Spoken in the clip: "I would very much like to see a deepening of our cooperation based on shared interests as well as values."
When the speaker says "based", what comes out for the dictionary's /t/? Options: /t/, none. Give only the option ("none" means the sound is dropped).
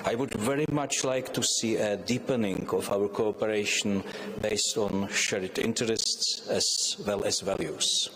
/t/